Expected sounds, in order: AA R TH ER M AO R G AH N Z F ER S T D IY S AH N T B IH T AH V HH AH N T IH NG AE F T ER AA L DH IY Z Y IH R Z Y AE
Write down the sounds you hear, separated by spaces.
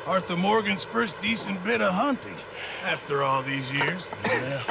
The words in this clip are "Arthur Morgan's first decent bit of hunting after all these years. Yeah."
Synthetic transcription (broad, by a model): AA R TH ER M AO R G AH N Z F ER S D IY S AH N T B IH T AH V HH AH N T IH NG AE F T ER AA L DH IY Z Y IH R Z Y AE